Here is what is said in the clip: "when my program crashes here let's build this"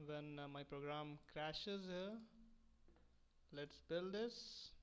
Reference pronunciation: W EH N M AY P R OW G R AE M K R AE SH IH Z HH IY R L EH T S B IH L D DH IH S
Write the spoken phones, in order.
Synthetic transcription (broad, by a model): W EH N M AY P R OW G R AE M K R AE SH IH Z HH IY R L EH T S B IH L D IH S